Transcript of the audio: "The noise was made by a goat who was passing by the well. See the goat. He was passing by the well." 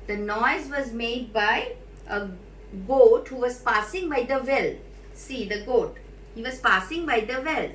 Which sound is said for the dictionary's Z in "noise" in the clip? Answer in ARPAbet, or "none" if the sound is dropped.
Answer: Z